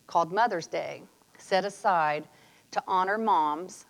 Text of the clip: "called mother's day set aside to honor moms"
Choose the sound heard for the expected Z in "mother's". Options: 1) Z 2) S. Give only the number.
1